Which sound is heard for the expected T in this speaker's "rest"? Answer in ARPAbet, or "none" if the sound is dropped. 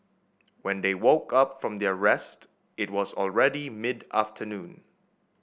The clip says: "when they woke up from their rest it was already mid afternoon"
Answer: T